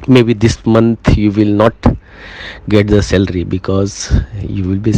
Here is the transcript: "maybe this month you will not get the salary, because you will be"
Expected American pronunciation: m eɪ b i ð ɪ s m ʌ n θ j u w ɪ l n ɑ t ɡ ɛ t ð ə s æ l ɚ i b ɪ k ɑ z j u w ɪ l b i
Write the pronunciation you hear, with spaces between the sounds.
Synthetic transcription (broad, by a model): m eɪ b i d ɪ s m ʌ n t j u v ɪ l n ɑ t ɡ ɛ t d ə s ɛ l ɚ i b ɪ k ɑ z j u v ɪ l b i